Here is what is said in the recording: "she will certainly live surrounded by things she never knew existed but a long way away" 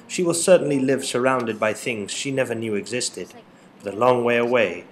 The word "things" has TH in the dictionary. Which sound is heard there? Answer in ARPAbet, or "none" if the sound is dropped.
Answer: TH